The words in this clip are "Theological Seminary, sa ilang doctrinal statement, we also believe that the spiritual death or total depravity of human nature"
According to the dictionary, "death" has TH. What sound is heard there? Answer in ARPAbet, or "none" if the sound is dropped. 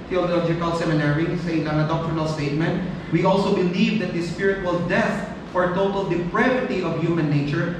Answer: F